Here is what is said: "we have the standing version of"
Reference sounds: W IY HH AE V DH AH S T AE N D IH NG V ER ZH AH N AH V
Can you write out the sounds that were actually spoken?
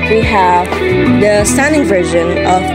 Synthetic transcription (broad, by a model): W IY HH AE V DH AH S T AE N D IH NG V ER ZH AH N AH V